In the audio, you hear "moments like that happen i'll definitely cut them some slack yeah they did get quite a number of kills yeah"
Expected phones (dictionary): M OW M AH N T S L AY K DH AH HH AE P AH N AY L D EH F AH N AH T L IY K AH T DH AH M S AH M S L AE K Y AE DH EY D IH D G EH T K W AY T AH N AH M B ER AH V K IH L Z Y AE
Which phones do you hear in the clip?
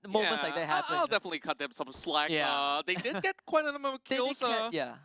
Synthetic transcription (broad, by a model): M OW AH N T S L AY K DH AH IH AH AY L D EH F AH N AH T L IY K AH T DH AH M S AH M S L AE K Y AE DH EY D IH D G EH T K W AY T AH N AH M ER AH K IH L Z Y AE